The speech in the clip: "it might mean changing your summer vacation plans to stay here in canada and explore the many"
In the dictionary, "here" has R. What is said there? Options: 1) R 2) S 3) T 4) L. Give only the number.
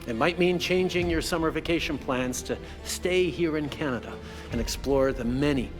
1